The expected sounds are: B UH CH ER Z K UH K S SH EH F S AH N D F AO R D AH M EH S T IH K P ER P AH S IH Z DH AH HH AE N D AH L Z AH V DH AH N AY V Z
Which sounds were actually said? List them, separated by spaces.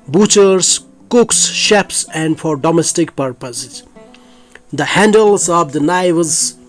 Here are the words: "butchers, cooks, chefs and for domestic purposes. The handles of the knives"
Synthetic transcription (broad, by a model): B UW CH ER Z K UH K S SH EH P S AH N D F AO R D AH M EH S T IH K P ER P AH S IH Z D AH HH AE N D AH L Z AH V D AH N AY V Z